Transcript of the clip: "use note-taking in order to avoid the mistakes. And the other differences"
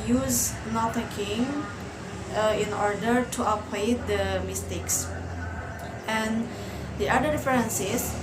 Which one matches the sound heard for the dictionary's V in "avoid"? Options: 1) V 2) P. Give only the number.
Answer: 2